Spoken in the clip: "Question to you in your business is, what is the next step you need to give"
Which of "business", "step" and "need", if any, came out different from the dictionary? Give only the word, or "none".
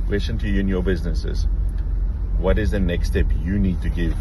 none